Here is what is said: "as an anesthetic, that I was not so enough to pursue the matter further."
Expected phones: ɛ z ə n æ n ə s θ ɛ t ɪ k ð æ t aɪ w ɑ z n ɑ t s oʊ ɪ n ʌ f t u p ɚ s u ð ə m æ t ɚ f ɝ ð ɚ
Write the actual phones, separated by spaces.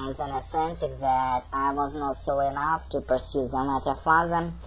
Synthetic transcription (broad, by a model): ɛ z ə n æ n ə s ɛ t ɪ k ð æ t aɪ w ɑ z n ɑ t s oʊ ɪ n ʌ f t u p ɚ s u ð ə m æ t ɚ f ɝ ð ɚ